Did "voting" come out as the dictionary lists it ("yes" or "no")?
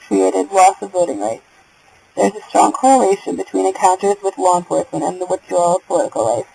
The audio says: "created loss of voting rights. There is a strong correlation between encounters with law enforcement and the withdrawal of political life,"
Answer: no